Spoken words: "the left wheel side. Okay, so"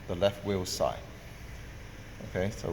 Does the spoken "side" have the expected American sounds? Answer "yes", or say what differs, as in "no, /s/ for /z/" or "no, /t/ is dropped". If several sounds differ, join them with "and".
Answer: no, /d/ is dropped